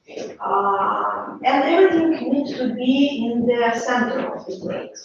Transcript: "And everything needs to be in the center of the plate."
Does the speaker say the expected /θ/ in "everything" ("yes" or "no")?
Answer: no